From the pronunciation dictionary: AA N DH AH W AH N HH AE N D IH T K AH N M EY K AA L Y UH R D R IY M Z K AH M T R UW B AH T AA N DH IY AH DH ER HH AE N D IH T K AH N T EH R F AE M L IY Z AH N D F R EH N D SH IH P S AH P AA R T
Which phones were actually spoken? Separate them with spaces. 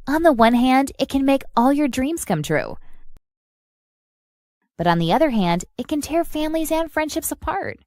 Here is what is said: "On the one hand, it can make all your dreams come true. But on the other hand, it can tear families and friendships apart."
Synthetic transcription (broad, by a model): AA N DH AH W AH N HH AE N D IH T K AH N M EY K AA L Y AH R D R IY M Z K AH M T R UW B AH T N DH IY AH DH ER HH AE N D IH T K AH N T EH R F AE M L IY Z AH N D F R EH N D SH IH P S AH P AA R T